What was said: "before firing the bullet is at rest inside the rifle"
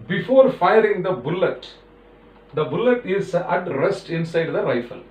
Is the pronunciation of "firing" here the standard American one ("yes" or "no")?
yes